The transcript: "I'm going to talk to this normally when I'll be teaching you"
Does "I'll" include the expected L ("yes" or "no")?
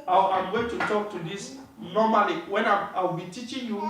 no